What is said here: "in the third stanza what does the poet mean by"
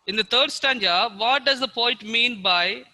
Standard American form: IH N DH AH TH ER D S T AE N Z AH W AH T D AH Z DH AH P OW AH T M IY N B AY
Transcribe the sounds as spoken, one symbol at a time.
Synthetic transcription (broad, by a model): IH N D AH T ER D S T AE N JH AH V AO T D AH Z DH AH P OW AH T M IY N B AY